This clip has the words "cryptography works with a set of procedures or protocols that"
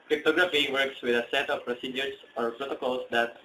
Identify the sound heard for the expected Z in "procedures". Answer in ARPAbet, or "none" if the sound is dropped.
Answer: S